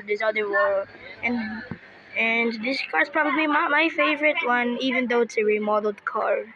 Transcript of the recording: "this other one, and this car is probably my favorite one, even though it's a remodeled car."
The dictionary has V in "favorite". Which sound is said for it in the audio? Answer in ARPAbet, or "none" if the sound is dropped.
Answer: V